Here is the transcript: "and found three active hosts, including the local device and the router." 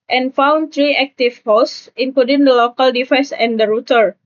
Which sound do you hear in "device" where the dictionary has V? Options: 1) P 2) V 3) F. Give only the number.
3